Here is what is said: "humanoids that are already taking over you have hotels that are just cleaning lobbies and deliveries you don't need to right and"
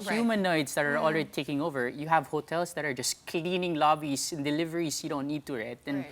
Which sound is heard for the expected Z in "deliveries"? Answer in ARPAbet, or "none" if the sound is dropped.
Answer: S